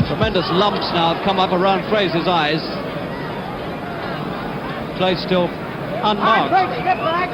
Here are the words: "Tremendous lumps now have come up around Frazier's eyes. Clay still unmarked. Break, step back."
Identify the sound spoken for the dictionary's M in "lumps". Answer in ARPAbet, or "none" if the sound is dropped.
M